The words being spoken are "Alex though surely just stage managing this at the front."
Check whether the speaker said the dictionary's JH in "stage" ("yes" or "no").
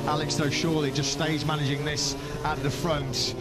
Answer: no